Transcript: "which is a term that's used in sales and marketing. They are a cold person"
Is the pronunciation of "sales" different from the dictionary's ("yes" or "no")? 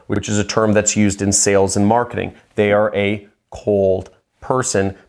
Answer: no